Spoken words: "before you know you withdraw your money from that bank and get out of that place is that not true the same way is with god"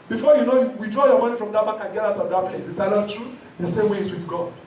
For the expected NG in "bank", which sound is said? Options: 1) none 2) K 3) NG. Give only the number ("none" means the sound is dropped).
1